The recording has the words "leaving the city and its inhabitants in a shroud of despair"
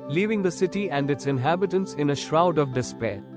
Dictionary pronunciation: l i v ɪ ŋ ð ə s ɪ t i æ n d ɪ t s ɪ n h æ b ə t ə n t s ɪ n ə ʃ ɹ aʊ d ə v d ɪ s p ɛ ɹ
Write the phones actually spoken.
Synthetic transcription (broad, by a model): l i v ɪ ŋ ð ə s ɪ t i æ n d ɪ t s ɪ n h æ b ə t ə n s ɪ n ə ʃ ɹ aʊ d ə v d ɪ s p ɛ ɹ